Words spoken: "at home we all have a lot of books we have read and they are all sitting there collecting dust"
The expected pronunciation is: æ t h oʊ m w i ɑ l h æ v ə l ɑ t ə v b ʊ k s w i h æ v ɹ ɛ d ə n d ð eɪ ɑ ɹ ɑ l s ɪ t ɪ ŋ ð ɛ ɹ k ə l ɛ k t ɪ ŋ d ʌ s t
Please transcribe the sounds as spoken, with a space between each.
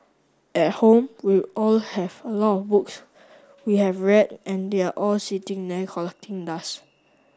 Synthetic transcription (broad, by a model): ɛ t h oʊ m w i ɑ l h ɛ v ə l ɑ t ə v b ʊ k s w i h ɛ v ɹ ɛ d ə n d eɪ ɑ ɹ ɑ l s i t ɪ ŋ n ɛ k ə l ɛ k t ɪ ŋ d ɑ s